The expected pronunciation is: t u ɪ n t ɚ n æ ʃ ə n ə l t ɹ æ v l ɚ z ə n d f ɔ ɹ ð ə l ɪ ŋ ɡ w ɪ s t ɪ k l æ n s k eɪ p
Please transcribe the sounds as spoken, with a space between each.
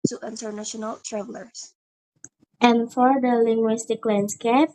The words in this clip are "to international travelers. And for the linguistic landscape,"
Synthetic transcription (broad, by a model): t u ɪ n t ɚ n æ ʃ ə n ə l t ɹ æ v l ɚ s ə n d f ɔ ɹ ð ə l ɪ ŋ ɡ w ɪ s t ɪ k l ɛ n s k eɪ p